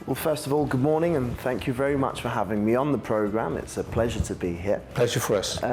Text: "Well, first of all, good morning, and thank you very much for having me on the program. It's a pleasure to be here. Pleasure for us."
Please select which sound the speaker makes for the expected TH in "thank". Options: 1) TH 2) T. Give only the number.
1